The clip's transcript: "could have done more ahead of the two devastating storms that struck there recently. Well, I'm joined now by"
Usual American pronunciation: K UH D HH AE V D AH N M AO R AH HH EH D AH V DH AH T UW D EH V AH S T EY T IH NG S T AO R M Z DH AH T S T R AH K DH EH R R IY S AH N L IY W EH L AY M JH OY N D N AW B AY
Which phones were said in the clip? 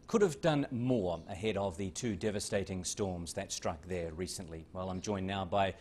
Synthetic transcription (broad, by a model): K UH D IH V D AH N M AO R AH HH EH D AH V DH AH T UW D EH V AH S T EY T IH NG S T AO R M Z DH AH T S T R AH K DH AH R R IY S AH N L IY W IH L AY M JH OY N N AW B AY